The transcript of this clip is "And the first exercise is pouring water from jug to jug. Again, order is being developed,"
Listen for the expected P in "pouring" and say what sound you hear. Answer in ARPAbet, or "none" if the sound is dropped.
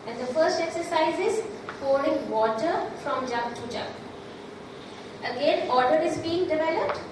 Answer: F